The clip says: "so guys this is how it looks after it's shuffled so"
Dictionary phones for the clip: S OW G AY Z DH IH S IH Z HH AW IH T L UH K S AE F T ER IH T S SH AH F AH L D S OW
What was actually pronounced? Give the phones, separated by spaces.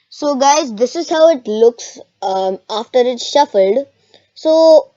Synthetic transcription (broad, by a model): S OW G AY Z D IH S IH Z HH AW IH T L UH K S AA F T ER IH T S SH AH F AH L D S OW